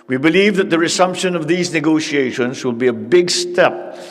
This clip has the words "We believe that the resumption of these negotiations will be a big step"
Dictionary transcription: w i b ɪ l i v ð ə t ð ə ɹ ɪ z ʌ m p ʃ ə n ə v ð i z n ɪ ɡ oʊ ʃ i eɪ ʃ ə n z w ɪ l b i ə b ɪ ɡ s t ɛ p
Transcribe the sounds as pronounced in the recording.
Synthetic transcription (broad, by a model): w i b ɪ l i v ð ə t ð ə ɹ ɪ s ʌ m p ʃ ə n ə v ð i z n ɪ ɡ oʊ ʃ i eɪ ʃ ə n z w ɪ l b i ə b ɪ ɡ s t ɛ p